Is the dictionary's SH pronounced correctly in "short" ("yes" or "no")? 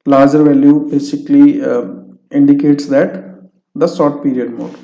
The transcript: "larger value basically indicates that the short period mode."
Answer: no